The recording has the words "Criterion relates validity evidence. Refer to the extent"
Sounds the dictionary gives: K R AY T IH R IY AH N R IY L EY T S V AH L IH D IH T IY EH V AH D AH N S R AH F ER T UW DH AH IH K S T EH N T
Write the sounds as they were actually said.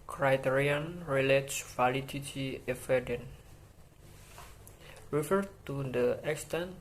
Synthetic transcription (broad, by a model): K R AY T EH R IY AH N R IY L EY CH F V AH L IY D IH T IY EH F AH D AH N R AH F ER T UW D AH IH K S T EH N